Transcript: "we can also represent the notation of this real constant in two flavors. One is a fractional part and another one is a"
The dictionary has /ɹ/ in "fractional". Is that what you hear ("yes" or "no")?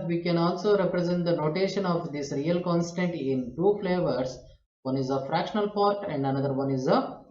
yes